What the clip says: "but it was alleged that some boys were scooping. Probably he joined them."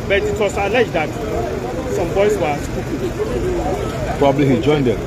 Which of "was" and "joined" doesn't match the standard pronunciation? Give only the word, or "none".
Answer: was